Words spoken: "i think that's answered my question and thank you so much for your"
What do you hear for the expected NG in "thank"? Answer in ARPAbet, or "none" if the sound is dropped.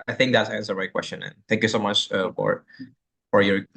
NG